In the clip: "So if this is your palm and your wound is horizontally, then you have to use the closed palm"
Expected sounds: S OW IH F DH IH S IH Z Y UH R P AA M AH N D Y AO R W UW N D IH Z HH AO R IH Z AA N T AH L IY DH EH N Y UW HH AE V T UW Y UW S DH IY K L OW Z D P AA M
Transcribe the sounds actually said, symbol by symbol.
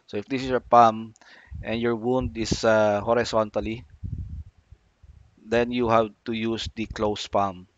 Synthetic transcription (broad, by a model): S OW IH F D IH S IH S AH P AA M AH N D Y AO R W UW N D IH S HH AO R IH S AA N T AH L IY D EH N Y UW HH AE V T UW Y UW S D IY K L OW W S P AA M